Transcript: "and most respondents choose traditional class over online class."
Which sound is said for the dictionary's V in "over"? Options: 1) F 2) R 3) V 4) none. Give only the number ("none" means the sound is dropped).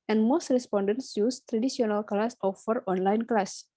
1